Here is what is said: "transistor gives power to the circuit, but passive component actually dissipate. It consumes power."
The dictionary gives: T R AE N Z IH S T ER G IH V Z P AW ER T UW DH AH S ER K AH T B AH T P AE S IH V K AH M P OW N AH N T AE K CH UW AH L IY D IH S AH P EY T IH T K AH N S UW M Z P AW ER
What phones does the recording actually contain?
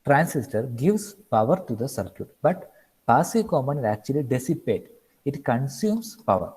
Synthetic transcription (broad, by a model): T R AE N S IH S T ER G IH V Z P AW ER T UW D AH S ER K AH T B AH T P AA S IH K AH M OW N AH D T AE K CH UW AH L IY D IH S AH P EY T IH T K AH N S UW M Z P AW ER